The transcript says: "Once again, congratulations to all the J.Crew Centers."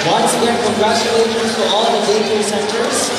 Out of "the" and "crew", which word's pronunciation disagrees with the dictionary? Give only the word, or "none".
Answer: crew